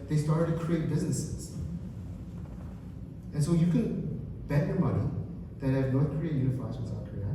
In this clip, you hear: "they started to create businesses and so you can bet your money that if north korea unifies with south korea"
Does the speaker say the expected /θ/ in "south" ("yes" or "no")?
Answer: no